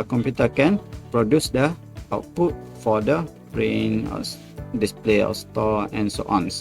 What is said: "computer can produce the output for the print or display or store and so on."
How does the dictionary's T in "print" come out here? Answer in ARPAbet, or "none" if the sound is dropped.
none